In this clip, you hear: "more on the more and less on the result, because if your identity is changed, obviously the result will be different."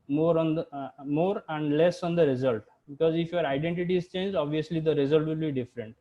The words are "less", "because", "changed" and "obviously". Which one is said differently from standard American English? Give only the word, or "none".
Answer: changed